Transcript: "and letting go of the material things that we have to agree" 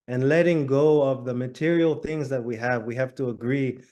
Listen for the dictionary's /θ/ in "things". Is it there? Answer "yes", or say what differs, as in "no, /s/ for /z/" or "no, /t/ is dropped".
yes